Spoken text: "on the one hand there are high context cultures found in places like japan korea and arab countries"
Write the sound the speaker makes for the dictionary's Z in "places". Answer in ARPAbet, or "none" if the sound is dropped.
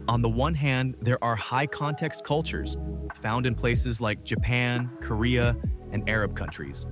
Z